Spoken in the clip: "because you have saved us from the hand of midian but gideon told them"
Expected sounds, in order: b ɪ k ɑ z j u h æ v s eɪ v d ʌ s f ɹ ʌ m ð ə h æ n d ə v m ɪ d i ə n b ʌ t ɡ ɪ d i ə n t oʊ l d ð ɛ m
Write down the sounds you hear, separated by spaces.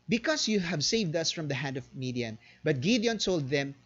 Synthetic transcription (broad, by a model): b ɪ k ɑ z j u h æ v s eɪ v d ʌ s f ɹ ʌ m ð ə h æ n d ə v m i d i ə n b ʌ t ɡ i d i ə n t oʊ l d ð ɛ m